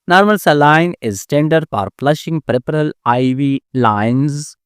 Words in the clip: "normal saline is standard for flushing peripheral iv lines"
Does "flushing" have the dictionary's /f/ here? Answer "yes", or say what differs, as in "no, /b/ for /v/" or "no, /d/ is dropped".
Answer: no, /p/ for /f/